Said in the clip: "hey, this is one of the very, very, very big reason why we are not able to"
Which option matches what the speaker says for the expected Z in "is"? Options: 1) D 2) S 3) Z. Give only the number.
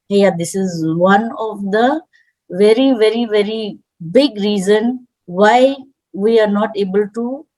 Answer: 3